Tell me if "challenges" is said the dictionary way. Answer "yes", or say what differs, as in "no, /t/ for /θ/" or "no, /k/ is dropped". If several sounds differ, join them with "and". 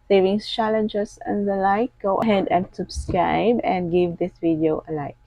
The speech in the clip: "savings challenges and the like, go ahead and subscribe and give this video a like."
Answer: no, /s/ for /z/